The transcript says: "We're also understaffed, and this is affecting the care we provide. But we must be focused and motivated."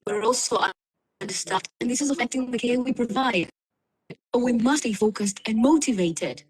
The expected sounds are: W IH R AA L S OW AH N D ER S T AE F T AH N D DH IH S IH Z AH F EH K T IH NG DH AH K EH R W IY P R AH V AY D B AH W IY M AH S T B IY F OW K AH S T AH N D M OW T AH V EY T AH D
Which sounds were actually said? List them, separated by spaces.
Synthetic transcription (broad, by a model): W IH R AA L S OW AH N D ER S T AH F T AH N DH IH S IH Z AH F EH K T IH NG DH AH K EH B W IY P R AH V AY D B AH W IY M AH S T B IY F OW K AH S T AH N M OW T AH V EY T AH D